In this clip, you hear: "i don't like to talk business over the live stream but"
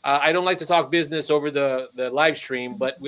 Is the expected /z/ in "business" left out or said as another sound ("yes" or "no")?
no